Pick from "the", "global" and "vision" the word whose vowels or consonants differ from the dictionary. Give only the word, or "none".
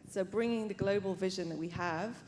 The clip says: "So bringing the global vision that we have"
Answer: none